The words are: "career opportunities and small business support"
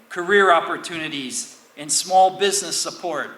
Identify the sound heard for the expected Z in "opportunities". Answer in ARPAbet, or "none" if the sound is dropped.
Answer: Z